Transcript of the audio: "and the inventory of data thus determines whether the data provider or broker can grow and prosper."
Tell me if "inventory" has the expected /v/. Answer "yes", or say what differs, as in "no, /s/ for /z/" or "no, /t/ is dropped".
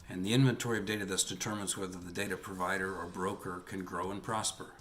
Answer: yes